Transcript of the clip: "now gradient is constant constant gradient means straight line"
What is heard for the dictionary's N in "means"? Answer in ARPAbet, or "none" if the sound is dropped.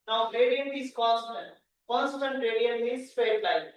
none